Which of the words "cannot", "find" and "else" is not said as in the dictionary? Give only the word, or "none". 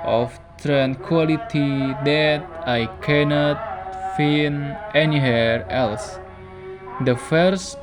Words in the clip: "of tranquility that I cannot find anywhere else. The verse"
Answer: find